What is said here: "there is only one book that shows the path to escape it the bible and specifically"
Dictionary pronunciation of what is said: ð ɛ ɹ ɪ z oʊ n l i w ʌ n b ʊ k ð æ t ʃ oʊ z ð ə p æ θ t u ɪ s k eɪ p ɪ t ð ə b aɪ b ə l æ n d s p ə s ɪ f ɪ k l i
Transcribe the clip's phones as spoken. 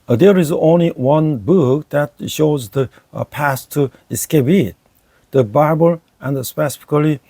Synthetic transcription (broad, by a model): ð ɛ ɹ ɪ z oʊ n l i w ʌ n b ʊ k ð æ t ʃ oʊ z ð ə p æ s t u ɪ s k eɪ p ɪ t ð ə b aɪ b ə l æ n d s p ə s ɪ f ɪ k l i